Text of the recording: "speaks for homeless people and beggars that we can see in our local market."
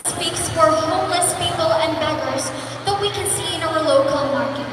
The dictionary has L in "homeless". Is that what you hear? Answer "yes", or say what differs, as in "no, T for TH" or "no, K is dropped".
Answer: yes